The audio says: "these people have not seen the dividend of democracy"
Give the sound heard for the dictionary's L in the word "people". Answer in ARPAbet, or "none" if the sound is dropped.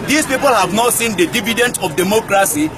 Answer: L